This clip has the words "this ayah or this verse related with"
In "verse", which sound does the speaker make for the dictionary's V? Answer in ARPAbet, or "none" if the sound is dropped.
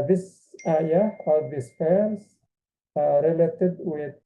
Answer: P